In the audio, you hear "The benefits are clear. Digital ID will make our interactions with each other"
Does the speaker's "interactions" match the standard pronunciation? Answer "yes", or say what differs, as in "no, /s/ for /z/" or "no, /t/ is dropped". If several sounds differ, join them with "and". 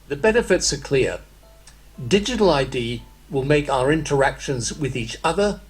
yes